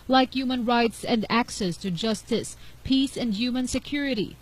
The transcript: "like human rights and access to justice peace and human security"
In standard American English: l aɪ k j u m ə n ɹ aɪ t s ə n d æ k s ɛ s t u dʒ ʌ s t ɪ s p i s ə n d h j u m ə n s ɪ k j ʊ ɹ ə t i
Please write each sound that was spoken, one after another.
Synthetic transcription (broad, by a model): l aɪ k j u m ə n ɹ aɪ t s ə n d æ k s ɛ s t u dʒ ʌ s t ɪ s p i s ə n d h j u m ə n s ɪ k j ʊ ɹ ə t i